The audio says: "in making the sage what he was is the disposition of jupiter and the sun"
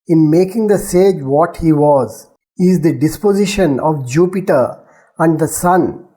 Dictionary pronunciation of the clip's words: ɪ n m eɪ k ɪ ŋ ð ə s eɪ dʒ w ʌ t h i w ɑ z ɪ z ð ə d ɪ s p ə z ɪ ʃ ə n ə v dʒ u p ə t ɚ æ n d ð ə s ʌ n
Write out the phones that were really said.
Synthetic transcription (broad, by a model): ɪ n m eɪ k ɪ ŋ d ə s eɪ dʒ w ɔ t h i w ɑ z ɪ z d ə d ɪ s p ə z ɪ ʃ ə n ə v dʒ u p ə t ɚ æ n d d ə s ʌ n